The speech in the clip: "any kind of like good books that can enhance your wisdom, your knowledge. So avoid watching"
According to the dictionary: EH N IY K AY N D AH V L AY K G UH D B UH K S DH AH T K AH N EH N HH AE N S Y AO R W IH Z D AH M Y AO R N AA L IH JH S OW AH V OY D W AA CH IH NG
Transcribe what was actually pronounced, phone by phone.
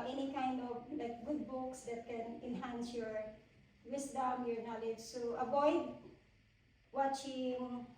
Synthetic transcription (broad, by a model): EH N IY K AY N D AH V L AY K G UH D B UH K S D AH T K AH N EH N HH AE N S Y AO R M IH S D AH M Y AO R N AA L IH JH S OW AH B OY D W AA CH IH NG